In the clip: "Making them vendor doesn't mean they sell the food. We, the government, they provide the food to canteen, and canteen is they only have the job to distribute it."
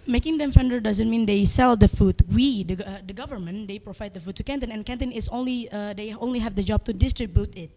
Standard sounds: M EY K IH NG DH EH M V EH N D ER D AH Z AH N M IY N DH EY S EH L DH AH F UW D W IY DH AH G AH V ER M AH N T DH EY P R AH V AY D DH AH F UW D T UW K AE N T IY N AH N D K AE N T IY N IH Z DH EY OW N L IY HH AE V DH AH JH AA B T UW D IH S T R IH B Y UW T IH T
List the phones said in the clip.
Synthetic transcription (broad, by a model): M EY K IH NG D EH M F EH N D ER D AH Z AH N M IY N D EY S EH L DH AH F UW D W IY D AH G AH V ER M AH N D EY P R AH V AY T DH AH F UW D T UW K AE N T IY N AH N K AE N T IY N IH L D EY OW N L IY HH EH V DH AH JH AA B T UW D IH S T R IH B Y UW T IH T